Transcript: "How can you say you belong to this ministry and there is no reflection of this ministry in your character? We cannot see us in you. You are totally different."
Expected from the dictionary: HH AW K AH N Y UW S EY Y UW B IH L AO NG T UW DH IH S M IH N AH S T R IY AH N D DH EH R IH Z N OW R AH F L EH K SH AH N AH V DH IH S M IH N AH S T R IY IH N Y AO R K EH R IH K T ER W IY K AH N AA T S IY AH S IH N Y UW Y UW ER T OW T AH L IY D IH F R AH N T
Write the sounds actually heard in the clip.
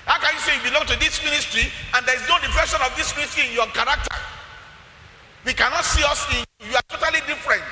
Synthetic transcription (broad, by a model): HH AW K AH N Y UW S EY Y UW B IH L AO NG T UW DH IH S M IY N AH S T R IY AH N D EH R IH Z N OW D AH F EH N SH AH N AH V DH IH S M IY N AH S T R IY IH N Y AO K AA R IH K T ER W IY K AH N AA T S IY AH S IH N Y UW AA T OW T AH L IY D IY F R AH N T